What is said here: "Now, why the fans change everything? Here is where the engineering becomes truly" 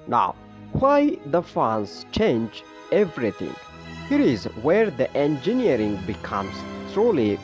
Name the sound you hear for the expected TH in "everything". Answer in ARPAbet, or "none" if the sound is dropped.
T